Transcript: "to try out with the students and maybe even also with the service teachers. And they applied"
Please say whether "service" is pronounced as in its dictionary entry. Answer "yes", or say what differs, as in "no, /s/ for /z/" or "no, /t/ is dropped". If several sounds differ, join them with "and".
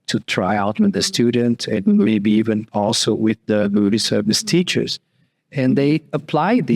yes